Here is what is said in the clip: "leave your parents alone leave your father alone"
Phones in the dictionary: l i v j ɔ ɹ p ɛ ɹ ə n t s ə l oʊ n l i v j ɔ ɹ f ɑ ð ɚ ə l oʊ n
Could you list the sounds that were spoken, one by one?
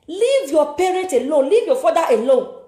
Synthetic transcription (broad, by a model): l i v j ɔ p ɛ ɹ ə t ə l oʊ l i v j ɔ f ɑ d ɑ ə l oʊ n